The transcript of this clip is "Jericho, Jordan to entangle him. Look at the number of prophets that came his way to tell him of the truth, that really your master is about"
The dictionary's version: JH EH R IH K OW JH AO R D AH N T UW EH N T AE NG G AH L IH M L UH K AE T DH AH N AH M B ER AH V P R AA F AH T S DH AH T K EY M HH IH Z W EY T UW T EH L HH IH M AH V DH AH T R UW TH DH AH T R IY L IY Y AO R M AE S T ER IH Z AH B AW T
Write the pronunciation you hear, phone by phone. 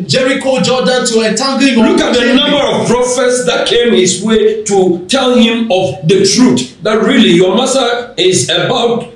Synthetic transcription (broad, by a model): JH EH R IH K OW JH AO D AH N T UW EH T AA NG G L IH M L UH K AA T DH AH N AH M B ER AH V P R AA F AH T S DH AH T K EY M HH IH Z W EY T UW T EH L HH IH M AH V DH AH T R UW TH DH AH T R IY L IY Y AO M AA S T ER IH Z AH B AW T